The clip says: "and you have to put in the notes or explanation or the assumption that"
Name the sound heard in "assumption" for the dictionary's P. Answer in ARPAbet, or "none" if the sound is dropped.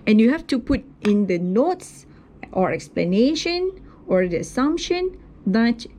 P